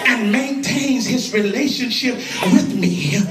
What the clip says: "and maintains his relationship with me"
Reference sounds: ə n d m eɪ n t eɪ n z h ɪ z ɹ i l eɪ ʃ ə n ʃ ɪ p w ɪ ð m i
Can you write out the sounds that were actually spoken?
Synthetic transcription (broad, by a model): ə n m eɪ n t eɪ n z h ɪ z ɹ i l eɪ ʃ ə n ʃ ɪ p w ɪ ð m i